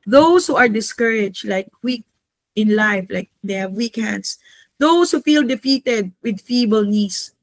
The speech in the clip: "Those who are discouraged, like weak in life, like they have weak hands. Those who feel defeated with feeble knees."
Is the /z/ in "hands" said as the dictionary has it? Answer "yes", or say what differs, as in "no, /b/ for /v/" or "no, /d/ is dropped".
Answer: no, /s/ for /z/